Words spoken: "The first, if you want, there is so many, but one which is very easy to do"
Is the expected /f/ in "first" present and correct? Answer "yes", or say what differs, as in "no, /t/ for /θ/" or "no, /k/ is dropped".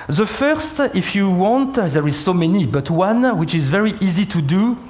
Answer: yes